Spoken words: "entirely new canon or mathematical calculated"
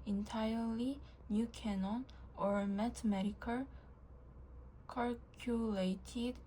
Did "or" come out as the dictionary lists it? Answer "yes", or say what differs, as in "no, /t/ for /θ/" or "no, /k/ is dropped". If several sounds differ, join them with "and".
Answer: yes